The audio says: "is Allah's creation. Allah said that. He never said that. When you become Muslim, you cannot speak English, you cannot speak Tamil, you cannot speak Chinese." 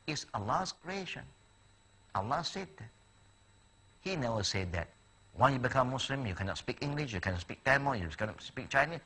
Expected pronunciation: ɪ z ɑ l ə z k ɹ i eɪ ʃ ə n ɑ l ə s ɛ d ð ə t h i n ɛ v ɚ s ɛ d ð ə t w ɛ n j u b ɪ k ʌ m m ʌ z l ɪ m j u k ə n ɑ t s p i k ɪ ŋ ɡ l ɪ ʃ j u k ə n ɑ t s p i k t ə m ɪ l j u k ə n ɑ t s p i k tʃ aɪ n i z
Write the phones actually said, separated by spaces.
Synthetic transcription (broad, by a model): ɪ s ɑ l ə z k ɹ i eɪ ʃ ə n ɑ l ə s ɛ d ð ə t h i n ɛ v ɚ s ɛ d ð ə t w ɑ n j u b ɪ k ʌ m m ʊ s l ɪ m j u k ə n ɑ t s p i k ɪ ŋ ɡ l ɪ ʃ j u k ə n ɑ s p i k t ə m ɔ j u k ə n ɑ s p i k tʃ aɪ n i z